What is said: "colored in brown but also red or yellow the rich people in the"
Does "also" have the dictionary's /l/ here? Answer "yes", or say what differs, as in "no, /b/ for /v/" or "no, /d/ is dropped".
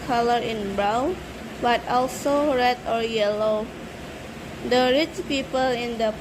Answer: yes